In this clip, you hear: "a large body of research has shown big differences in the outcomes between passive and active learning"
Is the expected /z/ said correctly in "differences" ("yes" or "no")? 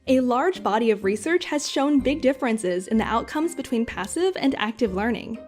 yes